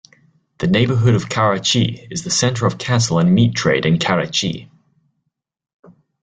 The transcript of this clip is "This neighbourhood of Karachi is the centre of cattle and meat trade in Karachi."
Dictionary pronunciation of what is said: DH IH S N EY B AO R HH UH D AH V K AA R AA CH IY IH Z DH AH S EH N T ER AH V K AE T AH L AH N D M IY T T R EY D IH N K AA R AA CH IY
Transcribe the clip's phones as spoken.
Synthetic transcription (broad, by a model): DH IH N EY B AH HH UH D AH V K AA R AA CH IY IH Z DH AH S EH N T ER AH V K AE S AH L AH N M IY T T R EY D IH N K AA R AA CH IY